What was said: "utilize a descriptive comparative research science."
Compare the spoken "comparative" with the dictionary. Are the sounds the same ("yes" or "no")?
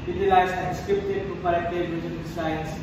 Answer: no